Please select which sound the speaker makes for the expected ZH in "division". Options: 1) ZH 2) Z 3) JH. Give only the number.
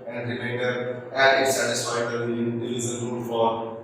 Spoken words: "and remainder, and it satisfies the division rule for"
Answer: 2